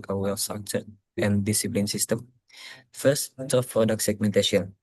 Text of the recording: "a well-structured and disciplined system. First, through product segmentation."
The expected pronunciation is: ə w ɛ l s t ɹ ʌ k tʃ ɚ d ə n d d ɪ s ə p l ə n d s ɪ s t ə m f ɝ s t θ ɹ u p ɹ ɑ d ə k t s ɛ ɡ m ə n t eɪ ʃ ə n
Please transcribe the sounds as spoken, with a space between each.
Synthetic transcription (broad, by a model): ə w ɛ l s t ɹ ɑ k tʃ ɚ ə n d d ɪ s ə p l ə n s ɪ s t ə m f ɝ s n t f p ɹ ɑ d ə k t s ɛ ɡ m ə n t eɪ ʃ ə n